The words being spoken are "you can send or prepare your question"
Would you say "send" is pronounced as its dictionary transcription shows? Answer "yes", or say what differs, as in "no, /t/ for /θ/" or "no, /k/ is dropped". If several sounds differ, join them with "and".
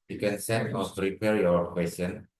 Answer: no, /d/ is dropped